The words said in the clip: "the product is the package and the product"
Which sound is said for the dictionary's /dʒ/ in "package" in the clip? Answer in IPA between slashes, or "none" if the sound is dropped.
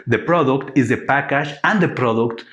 /ʃ/